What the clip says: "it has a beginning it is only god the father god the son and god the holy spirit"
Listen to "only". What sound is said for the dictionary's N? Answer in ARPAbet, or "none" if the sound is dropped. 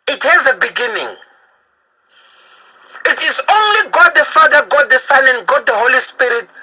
N